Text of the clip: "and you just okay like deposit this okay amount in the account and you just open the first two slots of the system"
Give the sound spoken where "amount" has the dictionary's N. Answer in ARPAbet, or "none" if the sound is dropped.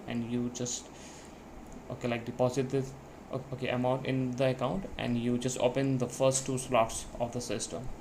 none